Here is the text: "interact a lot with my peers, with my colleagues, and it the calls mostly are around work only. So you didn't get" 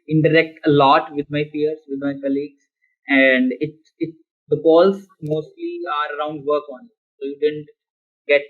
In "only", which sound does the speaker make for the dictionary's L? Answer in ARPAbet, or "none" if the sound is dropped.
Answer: none